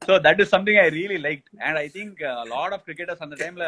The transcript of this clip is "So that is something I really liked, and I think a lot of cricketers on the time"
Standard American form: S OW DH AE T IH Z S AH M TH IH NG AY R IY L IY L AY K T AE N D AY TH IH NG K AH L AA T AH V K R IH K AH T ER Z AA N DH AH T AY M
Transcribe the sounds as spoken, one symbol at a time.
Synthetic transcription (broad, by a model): S OW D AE T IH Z S AH M T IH NG AY R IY L IY L AY K T AE N D AY T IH NG K AH L AA T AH F K R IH K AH T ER S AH N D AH T AY M